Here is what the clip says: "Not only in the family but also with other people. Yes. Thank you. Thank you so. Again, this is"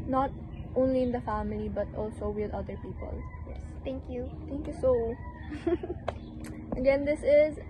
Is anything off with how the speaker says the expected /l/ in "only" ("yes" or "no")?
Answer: no